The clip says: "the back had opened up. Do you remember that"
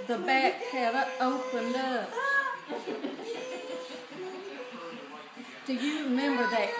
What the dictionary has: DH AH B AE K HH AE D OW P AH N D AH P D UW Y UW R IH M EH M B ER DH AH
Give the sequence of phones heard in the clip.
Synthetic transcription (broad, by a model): DH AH B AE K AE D OW P AH N D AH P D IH Y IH R IH M EH M B ER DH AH